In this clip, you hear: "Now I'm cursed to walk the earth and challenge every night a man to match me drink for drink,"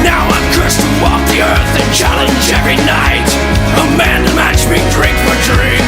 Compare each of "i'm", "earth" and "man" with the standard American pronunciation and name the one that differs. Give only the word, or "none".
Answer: none